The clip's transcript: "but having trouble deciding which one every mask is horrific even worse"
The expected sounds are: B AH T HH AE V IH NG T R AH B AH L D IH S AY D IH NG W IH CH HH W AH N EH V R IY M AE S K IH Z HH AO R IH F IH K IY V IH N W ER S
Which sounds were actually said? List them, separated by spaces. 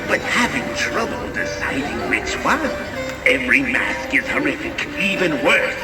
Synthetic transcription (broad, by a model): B AH T HH AE V IH NG T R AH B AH L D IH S AY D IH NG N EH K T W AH EH V R IY M AE S K IH Z HH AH R IH F IH K IY V IH N W ER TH